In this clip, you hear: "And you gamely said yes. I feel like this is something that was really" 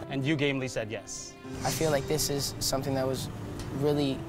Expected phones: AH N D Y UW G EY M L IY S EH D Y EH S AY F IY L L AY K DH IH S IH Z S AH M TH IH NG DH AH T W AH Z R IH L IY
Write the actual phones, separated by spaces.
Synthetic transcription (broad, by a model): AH N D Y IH G EY M L IY S EH D Y EH S AY F IY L L AY K DH IH S IH Z S AH M TH IH NG DH AH T W AH Z R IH L IY